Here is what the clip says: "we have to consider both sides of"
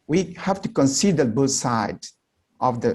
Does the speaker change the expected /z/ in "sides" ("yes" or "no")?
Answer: yes